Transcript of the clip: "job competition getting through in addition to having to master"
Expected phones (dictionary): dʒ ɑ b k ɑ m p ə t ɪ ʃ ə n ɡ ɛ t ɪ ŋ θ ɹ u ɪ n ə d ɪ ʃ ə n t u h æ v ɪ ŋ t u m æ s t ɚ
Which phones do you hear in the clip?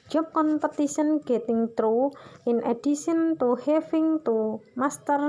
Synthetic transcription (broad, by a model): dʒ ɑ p k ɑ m p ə t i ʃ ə n ɡ ɛ t ɪ ŋ t ɹ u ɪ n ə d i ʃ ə n t u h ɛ f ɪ ŋ t u m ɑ s t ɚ